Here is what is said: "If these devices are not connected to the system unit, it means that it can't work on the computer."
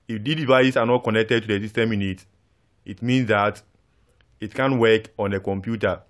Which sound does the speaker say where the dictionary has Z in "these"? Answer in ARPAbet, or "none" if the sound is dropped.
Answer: none